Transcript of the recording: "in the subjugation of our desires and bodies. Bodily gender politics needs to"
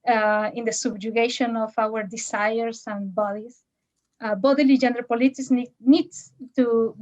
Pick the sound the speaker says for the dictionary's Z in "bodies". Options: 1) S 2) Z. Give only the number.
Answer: 1